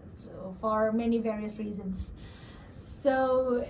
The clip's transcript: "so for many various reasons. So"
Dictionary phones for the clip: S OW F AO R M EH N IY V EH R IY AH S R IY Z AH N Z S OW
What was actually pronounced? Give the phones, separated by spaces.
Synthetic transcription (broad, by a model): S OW F AO R M EH N IY V EH R IY AH S R IY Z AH N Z S OW